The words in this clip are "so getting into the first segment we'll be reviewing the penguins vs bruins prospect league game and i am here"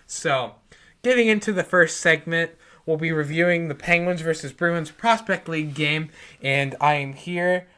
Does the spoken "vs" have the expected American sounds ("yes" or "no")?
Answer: yes